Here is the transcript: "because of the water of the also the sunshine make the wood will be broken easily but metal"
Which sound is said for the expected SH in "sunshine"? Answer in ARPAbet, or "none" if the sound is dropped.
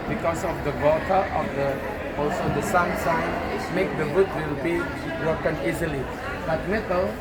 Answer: S